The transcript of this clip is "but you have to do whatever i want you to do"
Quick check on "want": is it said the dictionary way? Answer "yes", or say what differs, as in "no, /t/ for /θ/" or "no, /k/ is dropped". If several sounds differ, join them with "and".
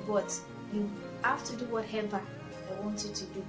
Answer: yes